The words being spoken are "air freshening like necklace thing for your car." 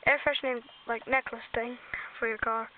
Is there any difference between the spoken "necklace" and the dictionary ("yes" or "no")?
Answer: no